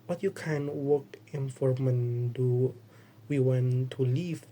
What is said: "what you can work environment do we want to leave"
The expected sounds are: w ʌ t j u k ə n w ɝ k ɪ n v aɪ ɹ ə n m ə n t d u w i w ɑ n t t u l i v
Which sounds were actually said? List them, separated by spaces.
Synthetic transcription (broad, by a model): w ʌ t j u k ə n w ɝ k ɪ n f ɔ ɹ m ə n d u w i w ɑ n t t u l i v